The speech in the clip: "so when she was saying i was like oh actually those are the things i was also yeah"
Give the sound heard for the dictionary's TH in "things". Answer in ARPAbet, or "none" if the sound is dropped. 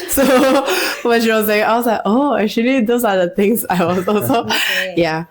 T